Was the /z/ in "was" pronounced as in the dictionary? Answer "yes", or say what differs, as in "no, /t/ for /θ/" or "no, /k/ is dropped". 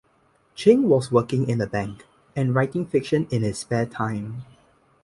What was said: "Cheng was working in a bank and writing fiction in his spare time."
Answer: no, /s/ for /z/